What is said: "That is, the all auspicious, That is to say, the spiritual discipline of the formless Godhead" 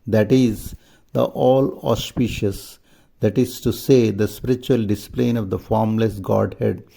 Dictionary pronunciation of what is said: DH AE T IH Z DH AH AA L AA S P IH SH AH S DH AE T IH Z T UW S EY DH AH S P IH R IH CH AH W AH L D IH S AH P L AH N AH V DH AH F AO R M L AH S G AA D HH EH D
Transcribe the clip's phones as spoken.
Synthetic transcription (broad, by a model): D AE T IH Z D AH AA L AA S P IH SH AH S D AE T IH Z T UW S EY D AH S P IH R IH CH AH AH L D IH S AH P L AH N AH V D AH F AO R M L AH S G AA D HH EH D